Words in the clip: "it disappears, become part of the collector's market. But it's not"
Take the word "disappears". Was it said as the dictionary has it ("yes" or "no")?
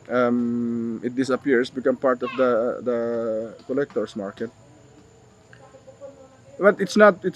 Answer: no